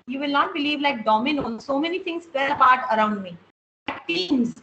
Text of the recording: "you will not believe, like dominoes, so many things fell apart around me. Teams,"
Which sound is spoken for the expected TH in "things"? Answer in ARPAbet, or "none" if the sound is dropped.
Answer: T